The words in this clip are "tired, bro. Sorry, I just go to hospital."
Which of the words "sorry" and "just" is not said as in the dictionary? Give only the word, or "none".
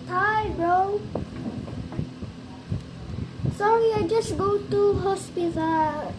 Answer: sorry